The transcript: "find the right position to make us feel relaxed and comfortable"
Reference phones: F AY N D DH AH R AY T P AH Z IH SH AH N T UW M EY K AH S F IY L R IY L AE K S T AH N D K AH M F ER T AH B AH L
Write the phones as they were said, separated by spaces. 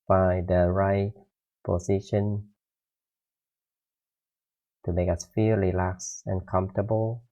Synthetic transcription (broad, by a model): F AY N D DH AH R AY T P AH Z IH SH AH N T UW M EY K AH S F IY R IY L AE K S AH N K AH M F T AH B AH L